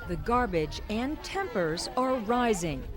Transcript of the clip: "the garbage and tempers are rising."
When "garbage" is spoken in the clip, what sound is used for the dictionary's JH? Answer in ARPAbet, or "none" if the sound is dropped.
JH